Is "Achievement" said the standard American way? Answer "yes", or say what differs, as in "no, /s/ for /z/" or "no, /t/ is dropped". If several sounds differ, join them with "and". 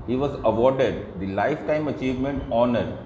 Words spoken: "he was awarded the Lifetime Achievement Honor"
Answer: yes